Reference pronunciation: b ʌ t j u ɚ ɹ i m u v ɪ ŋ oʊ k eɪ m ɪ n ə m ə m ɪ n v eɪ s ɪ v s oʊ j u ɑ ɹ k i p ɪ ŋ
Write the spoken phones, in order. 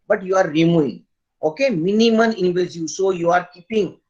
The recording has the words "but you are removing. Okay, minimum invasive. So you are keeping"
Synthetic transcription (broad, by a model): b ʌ t j u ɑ ɹ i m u ɪ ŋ oʊ k eɪ m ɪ n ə m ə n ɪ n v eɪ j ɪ s oʊ j u ɑ ɹ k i p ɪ ŋ